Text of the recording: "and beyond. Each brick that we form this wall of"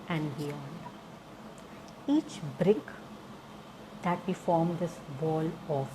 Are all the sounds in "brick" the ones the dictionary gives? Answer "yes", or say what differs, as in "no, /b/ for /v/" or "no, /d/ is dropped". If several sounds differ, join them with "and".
yes